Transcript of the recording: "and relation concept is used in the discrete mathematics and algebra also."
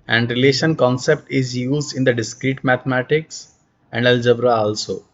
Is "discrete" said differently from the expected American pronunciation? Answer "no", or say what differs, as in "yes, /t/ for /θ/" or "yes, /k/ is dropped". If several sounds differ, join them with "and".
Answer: no